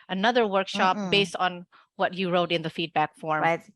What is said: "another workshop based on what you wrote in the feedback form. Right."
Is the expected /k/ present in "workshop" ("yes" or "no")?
yes